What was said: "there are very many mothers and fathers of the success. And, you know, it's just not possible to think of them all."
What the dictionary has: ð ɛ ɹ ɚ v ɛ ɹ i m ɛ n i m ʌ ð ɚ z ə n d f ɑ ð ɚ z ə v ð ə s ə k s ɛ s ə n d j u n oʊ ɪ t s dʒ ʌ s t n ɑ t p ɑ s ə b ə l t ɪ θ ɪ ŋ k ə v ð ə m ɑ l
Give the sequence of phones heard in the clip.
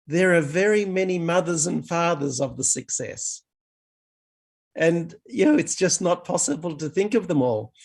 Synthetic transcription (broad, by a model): ð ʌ ɹ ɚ v ɛ ɹ i m ɛ n i m ʌ ð ɚ z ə n f ɑ ð ɚ z ə v ð ə s ə k s ɛ s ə n j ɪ n oʊ ɪ t s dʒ ʌ s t n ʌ t p ɑ s ə b ə l t ɪ θ ɪ ŋ k ə v ð ə m ɑ l